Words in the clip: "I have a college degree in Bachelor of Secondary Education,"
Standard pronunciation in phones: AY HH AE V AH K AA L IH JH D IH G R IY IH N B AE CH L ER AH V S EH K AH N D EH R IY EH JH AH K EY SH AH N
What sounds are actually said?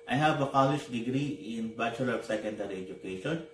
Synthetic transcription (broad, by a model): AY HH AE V AH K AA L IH SH D IH G R IY IH N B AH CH ER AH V S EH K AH N D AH R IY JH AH K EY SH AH N